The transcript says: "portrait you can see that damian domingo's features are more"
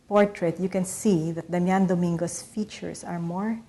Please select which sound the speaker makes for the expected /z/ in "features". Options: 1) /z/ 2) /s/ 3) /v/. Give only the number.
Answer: 2